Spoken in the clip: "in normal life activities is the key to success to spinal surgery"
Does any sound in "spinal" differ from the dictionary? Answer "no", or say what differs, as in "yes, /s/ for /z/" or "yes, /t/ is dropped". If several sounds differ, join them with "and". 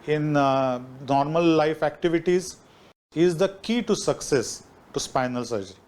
no